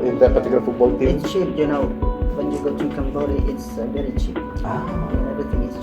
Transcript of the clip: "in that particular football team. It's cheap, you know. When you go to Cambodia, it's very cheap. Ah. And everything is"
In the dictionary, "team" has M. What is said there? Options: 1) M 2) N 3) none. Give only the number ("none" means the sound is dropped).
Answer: 3